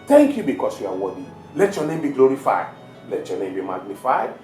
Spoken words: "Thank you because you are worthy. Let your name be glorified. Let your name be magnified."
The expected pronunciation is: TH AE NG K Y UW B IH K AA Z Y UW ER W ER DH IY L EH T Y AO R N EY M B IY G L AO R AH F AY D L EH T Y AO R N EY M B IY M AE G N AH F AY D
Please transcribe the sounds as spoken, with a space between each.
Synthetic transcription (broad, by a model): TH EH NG K Y UW B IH K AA S Y UW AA W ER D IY L EH T Y AO N EY M B IY G L AO R AH F AY D L EH T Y AO N EY M B IY M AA G N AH F AY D